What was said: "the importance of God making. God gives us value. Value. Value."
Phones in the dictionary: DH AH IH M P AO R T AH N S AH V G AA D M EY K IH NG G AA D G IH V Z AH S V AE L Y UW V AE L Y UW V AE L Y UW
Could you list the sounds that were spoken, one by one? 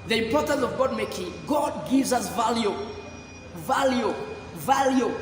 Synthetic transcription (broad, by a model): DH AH IH M P AO R T AH N S AH V G AA D M EY K IH NG G AA D G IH V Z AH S V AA L Y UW V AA L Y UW V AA L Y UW